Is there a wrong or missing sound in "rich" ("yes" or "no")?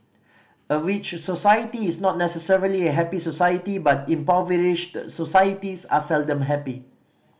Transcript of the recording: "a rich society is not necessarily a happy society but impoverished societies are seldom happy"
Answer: yes